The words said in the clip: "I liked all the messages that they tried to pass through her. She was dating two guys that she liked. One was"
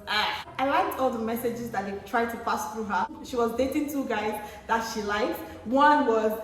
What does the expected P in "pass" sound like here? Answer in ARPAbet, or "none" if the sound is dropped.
F